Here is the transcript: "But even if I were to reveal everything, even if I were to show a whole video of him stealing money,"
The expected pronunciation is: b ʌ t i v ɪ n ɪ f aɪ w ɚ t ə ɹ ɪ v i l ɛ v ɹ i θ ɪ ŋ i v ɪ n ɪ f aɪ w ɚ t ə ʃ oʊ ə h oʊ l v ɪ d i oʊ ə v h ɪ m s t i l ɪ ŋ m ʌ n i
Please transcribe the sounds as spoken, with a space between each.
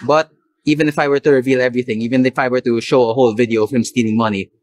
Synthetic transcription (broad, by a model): b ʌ t i v ɪ n ɪ f aɪ w ɚ t ə ɹ ɪ v i l ɛ v ɹ i θ ɪ ŋ i v ɪ n ɪ f aɪ w ɚ t ə ʃ oʊ ə h oʊ l v ɪ d i oʊ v h ɪ m s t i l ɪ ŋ m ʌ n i